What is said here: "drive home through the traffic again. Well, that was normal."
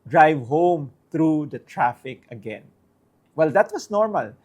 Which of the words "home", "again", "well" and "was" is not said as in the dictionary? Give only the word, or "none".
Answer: was